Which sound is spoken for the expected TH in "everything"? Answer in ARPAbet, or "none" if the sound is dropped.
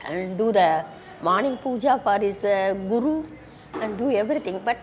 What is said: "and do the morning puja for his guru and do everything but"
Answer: T